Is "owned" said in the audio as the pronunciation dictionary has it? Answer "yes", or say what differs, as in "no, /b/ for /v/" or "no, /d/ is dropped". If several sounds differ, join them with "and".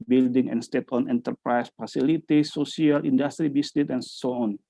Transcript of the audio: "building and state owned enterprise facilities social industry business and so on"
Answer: no, /d/ is dropped